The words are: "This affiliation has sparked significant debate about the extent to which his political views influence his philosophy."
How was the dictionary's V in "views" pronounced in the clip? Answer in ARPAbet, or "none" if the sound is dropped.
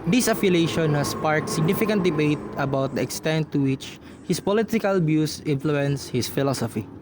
B